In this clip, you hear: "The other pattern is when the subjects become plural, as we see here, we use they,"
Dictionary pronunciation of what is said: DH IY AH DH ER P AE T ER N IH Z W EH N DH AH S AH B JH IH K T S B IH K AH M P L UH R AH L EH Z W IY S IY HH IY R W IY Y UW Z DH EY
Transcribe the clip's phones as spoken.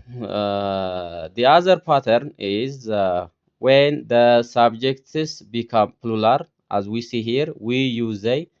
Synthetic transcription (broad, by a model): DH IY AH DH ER P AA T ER N IH Z W EH N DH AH S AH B JH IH K T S B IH K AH M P L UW L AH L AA Z W IY S IY HH IY R W IY Y UW Z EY